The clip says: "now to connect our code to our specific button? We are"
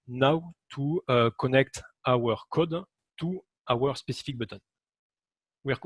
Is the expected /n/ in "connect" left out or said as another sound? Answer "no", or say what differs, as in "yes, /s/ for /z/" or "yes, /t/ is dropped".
no